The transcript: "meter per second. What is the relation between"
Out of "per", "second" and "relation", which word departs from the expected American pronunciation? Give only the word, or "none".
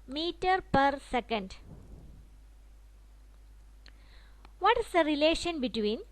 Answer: none